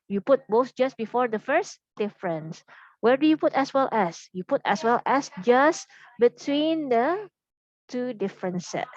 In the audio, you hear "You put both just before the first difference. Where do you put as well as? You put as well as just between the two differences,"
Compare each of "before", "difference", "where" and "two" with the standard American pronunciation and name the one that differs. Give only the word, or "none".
none